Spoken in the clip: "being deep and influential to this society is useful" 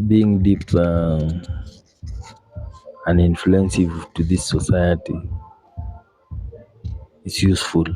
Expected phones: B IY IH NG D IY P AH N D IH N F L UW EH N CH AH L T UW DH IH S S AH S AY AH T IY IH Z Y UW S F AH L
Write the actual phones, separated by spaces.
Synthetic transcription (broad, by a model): B IY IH NG D IY P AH N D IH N F L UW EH N S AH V T UW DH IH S S AH S AY AH T IY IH S Y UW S F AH L